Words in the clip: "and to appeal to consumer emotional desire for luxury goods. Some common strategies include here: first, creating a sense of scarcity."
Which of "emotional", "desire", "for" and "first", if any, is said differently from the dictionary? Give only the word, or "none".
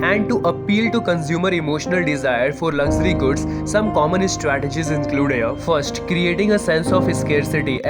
none